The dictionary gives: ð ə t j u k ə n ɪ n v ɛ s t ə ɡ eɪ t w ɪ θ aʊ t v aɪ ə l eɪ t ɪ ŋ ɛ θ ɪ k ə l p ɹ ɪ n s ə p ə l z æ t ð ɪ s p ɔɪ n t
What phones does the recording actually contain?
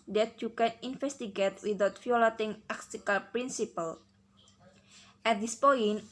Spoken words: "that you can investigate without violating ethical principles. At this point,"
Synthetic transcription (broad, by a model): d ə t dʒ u k ə n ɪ n f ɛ s t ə ɡ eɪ t w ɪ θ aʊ t f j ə l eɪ t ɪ ŋ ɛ s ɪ k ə l p ɹ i n s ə p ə l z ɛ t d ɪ s p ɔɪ n